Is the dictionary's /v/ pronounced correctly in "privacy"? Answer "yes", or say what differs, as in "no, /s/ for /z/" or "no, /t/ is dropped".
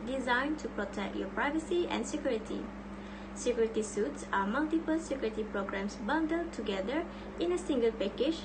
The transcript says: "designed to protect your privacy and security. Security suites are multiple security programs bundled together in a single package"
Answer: yes